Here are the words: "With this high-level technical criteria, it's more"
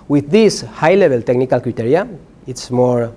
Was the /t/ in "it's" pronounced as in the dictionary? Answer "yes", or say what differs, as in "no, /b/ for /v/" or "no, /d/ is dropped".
yes